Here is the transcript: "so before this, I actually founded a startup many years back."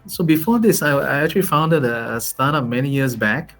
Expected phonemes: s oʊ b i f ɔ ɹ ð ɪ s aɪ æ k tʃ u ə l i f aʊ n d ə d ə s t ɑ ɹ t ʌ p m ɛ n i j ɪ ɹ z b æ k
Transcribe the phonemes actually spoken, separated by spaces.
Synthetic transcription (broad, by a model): s oʊ b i f ɔ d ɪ s aɪ æ k tʃ u ə l i f aʊ n d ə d ə s t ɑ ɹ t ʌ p m ɛ n i j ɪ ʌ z b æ k